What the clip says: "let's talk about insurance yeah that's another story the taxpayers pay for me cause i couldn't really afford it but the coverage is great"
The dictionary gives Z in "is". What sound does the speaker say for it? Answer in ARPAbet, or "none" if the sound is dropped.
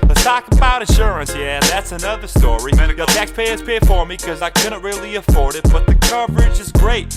Z